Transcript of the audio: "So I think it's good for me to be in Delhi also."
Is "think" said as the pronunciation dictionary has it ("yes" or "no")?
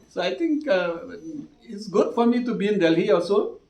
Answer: no